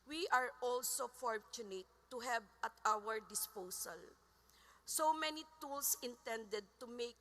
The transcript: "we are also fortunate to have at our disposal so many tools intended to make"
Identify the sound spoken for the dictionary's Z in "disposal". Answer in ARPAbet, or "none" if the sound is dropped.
S